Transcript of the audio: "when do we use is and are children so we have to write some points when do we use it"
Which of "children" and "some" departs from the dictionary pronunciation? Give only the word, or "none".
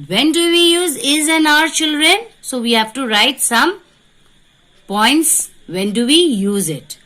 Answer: none